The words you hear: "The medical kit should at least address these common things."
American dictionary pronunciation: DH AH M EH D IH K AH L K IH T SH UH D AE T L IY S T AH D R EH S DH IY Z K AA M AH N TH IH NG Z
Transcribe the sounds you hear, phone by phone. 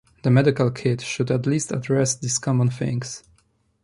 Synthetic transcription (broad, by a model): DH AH M EH D IH K AH L K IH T SH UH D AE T L IY S T AH D R EH S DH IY S K AA M AH N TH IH NG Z